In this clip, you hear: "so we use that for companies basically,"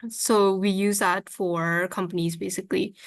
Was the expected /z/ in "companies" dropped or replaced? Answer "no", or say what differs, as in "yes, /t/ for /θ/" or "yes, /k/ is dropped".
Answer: no